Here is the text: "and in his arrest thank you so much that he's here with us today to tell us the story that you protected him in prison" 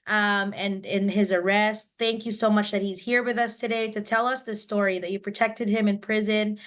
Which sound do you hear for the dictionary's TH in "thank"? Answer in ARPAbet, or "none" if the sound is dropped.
TH